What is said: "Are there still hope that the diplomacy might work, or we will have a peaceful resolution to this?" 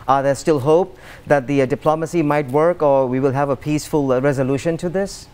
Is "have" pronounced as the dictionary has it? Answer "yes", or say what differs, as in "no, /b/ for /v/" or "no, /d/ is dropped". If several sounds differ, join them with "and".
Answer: yes